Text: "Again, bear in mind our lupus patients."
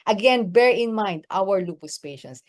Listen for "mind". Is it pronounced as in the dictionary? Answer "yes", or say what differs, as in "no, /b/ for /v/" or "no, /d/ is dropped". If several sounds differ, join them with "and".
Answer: yes